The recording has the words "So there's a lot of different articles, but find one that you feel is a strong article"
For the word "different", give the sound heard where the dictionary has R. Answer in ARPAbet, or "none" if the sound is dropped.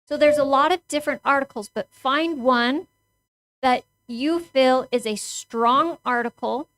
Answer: R